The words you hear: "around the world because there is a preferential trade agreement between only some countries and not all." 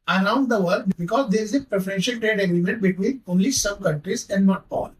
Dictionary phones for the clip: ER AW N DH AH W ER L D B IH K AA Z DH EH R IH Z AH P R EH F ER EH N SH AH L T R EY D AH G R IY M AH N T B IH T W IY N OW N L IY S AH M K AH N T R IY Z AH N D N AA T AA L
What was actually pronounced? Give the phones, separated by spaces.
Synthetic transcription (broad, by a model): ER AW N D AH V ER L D B IH K AA Z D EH R IH Z AH P R EH F ER EH N SH AH L T R EY D AH G R IY M AH N T B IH T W IY N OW L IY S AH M K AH N T R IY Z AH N D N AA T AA L